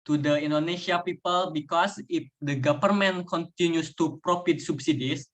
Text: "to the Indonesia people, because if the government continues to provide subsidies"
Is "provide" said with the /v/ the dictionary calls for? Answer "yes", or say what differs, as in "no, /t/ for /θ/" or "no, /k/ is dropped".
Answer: no, /f/ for /v/